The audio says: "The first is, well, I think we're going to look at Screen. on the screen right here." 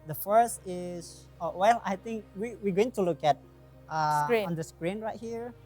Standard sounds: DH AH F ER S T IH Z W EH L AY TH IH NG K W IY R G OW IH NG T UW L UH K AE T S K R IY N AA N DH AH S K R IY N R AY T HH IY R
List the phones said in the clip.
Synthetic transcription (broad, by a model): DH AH F ER S T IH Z W EH L AY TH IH NG K W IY W G OW IH NG T UW L UH K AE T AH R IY AA N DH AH S K R IY N R AY T HH IY R